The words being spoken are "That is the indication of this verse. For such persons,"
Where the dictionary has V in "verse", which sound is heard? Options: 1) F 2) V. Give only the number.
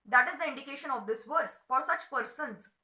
2